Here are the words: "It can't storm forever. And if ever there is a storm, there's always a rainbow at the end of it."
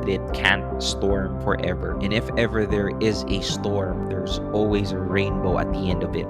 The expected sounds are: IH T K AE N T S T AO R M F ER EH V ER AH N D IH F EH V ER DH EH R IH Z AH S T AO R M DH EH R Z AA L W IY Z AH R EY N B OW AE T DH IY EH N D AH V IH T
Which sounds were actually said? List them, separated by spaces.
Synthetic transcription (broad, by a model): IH T K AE N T S T AO R M F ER EH V ER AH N IH F EH V ER DH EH R IH Z AH S T AO R M DH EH R Z AA L W IY Z AH R EY N B OW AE T DH IY EH N D AH V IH T